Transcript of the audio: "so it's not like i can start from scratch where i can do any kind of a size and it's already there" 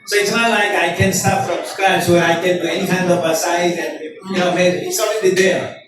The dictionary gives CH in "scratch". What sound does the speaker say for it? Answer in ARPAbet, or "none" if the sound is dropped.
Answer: S